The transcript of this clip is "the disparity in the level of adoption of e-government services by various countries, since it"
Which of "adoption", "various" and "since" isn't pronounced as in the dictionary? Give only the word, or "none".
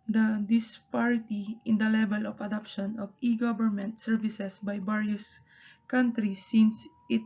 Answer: various